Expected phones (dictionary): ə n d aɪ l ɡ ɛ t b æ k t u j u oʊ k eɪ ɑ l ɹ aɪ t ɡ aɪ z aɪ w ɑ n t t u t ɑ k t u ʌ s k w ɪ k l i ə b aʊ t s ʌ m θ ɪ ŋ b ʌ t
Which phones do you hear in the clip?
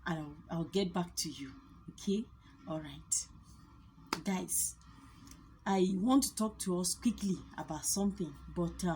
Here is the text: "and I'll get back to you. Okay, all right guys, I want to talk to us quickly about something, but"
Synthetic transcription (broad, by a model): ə aɪ w ɡ ɛ t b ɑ k t u j u oʊ k eɪ ɑ l ɹ aɪ t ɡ aɪ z aɪ w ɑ n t t u t ɑ k t u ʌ s k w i k l i ə b aʊ t s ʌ m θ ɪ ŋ b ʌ t